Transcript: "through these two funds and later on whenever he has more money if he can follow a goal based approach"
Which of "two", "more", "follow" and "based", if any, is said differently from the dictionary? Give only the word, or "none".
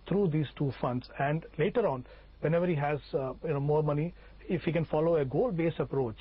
based